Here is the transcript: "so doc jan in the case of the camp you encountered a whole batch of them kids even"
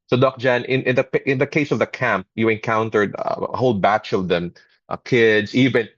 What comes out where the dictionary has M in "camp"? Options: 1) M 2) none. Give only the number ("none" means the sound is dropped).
1